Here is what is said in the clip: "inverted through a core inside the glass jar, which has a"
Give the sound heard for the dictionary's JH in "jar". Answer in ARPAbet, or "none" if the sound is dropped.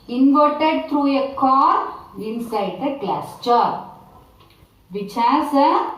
CH